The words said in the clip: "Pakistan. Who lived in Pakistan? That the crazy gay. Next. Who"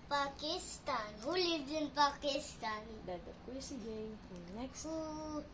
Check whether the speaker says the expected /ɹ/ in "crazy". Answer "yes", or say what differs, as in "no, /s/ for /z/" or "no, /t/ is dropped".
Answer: no, /ɹ/ is dropped